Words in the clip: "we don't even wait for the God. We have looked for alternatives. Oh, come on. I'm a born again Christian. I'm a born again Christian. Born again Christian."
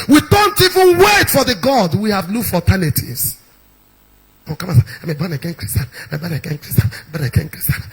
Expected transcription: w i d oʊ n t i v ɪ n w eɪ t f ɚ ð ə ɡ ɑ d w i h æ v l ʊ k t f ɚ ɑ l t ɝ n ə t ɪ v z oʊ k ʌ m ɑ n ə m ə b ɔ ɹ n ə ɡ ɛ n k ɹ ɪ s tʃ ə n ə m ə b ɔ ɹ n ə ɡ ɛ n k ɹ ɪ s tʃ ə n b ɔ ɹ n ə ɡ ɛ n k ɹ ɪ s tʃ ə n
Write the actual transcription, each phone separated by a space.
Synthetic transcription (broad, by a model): w i d oʊ n t i v ɪ n w eɪ t f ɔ ð ə ɡ ɑ d w i h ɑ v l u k f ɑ t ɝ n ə t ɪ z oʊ k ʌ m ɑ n ə m ə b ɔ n ə ɡ ɛ n k ɹ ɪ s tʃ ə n ə m ə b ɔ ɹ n ə ɡ ɛ n k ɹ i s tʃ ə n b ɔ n ə ɡ ɛ n k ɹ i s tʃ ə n